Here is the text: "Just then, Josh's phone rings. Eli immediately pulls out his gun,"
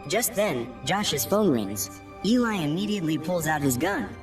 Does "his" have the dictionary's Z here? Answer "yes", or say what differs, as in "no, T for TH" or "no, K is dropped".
yes